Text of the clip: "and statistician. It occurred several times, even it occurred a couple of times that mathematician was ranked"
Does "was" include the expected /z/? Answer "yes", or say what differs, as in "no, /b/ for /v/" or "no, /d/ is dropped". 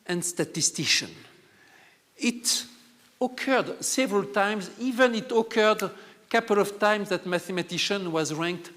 yes